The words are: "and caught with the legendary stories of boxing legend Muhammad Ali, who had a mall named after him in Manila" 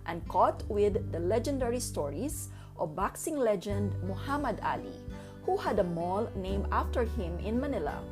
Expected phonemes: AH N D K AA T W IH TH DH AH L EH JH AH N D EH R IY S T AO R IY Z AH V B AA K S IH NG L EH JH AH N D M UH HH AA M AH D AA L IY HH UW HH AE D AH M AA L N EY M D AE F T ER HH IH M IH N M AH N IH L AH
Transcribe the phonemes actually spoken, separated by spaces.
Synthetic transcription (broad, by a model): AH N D K AA T W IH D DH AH L EH JH AH N D EH R IY S T AO R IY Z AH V B AA K S IH NG L EH JH AH N D M UH HH AA M AH D AA L IY HH UW HH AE D AH M AA L N EY M AA F T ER HH IH M IH N M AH N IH L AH